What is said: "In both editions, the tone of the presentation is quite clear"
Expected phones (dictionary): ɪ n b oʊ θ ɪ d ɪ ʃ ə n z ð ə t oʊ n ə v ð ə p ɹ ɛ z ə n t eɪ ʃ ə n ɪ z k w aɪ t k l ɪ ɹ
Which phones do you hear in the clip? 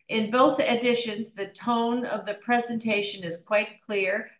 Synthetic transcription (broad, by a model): ɪ n b oʊ θ ɪ d ɪ ʃ ə n z ð ə t oʊ n ə v ð ə p ɹ ɛ z ə n t eɪ ʃ ə n ɪ z k w aɪ t k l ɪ ɹ